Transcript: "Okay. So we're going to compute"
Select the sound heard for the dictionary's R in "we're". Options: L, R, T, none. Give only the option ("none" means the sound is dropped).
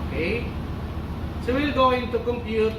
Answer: L